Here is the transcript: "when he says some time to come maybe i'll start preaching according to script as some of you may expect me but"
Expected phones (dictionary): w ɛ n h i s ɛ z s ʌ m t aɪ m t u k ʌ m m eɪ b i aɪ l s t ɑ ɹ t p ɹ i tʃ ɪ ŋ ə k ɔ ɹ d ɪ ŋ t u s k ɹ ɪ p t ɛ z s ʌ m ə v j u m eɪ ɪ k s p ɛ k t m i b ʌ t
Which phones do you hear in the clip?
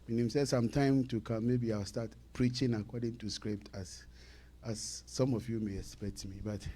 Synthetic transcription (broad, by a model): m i n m s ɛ s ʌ m t aɪ m t u k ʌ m m eɪ b i aɪ l s t ɑ t p ɹ i tʃ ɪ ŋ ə k ɔ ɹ d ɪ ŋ t u s k ɹ ɪ p t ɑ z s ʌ m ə f j u m eɪ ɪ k s p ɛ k t m i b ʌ t